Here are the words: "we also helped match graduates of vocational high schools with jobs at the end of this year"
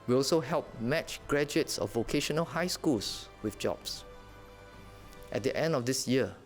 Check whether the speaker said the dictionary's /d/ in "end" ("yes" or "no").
yes